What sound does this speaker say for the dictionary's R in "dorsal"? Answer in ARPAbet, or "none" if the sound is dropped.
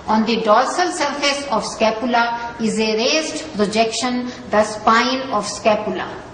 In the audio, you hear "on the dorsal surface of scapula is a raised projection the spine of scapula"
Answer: L